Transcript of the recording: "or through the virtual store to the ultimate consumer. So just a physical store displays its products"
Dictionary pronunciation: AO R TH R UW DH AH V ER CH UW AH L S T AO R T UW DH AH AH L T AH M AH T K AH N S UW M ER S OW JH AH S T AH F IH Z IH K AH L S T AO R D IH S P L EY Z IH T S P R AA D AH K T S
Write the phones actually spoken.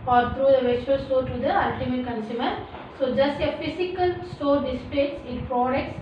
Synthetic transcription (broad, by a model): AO R T R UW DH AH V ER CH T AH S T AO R T UW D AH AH L T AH M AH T K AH N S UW M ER S OW JH AH S T AH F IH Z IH K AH L S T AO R D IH S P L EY S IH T P R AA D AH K T S